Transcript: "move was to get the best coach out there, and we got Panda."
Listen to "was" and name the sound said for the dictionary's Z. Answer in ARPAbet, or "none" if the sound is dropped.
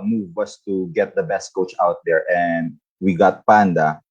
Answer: S